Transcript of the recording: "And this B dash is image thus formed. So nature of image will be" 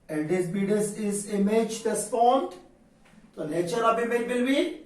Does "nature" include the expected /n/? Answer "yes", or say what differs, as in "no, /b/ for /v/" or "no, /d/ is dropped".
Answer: no, /l/ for /n/